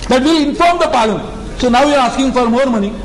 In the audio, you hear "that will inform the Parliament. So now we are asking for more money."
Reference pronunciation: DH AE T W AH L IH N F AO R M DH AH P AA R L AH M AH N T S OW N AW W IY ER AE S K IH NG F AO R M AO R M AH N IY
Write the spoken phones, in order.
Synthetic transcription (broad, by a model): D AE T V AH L IH N F AO R M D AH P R AH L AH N S OW N AW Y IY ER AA S K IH NG F AO R M AO R M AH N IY